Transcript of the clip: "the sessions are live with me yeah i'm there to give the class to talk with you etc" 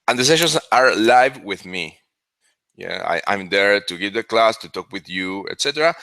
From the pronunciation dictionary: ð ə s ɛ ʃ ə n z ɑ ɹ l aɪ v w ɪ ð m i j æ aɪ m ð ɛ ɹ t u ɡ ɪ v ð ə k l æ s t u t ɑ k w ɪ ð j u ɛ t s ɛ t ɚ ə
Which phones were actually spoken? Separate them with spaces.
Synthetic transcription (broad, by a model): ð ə s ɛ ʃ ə n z ɑ ɹ l aɪ v w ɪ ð m i j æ aɪ m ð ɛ ɹ t u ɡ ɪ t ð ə k l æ s t u t ɑ k w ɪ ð j u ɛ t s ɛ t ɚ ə